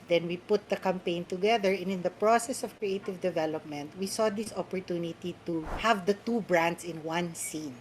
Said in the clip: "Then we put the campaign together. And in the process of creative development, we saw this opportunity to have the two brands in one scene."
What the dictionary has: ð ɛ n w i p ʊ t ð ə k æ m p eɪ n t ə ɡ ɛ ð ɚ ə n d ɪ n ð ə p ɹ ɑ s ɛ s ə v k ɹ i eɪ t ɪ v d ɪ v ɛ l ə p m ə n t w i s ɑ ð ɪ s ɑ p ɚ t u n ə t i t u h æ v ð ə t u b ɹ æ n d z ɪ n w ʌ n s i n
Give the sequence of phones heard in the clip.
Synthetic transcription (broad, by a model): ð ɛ n w i p ʊ t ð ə k æ m p eɪ n t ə ɡ ɛ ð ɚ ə n ɪ n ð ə p ɹ ɑ s ɛ s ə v k ɹ i eɪ t ɪ v d ɪ v ɛ l ə p m ə n t w i s ɑ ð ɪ s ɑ p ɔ t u n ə t i t u h æ v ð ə t u b ɹ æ n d s ɪ n w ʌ n s i n